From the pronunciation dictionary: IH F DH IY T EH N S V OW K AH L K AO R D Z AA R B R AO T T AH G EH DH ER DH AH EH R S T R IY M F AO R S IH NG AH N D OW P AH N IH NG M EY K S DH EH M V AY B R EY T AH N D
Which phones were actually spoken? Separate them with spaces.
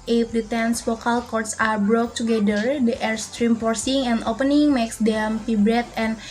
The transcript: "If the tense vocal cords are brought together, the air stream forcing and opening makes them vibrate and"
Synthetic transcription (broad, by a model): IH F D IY T EH N S F OW K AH L K AO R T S AA R B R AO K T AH G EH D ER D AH EH R S T R IY M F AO R S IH NG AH N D OW P AH N IH NG M EY K S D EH M P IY B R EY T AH N